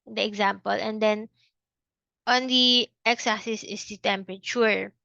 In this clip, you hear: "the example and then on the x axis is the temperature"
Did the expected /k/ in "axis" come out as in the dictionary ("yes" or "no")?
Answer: no